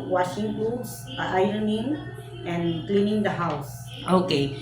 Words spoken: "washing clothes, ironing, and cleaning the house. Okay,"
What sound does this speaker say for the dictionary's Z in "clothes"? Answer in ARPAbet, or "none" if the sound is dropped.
none